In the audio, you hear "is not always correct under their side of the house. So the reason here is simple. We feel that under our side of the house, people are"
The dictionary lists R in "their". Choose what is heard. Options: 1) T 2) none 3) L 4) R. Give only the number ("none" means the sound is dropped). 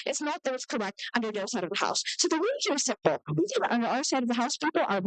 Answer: 3